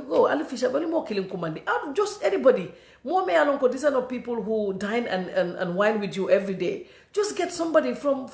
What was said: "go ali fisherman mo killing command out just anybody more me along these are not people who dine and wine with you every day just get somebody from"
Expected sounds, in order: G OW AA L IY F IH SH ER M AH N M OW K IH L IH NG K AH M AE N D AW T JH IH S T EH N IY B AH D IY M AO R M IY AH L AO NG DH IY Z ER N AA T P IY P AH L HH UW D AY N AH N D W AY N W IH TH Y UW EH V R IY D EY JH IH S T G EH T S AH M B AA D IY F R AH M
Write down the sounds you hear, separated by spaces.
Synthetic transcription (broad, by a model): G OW AA L IY F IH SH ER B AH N M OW K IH L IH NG K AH M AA N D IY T JH IH S T EH N IY B AH D IY M AO M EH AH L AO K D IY S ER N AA P IY P AH L HH UW D AY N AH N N W AY N W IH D Y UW EH V R IY D EY JH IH S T G EH T S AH M B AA D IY F R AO M